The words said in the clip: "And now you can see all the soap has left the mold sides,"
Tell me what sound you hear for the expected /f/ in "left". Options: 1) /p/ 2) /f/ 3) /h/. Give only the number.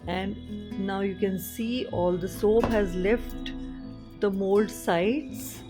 2